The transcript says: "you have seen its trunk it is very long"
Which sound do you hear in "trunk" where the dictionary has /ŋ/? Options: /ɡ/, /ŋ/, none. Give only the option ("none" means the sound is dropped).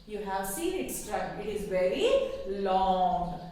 none